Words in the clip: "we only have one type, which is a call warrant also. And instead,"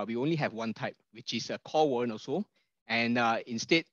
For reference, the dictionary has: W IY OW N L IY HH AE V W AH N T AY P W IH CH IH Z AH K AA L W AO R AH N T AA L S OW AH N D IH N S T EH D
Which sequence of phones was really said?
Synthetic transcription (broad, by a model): W IY OW N L IY HH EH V W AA N T AY P W IH CH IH S AH K AA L W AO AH N AA S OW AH N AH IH N S T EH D